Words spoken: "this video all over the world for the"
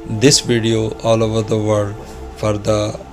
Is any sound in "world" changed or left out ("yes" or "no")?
yes